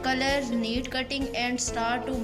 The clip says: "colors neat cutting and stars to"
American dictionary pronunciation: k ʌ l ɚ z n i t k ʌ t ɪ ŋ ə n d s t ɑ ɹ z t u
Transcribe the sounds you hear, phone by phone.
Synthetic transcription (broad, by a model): k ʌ l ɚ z n i t k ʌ t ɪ ŋ ə n d s t ɑ ɹ t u